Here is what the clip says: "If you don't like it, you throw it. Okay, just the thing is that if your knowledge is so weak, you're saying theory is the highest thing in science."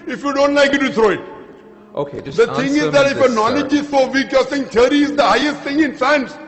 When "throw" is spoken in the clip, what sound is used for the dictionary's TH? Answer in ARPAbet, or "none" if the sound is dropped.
T